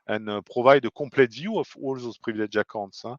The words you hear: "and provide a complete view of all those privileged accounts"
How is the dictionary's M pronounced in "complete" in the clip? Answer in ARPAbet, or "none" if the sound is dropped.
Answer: none